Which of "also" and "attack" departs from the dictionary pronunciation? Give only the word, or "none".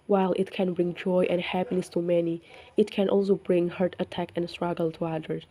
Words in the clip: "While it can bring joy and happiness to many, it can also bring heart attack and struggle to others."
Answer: none